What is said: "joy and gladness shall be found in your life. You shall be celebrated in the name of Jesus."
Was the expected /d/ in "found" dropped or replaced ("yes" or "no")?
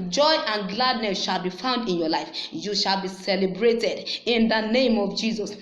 no